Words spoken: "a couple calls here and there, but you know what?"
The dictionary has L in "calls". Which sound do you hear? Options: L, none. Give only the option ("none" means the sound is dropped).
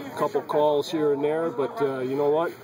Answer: L